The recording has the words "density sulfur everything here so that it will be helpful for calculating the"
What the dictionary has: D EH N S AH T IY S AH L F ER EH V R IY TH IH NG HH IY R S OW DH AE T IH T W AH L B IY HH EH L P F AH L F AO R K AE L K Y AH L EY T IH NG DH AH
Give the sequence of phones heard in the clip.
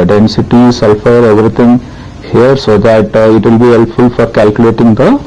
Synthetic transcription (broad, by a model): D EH N S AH T IY S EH L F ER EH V R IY T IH NG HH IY R S OW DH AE T IH T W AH L B IY HH EH L P F AH L F AO R K AE L K Y AH L EY T IH NG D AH